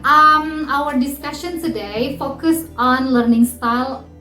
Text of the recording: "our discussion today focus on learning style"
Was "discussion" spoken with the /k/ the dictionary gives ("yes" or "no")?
yes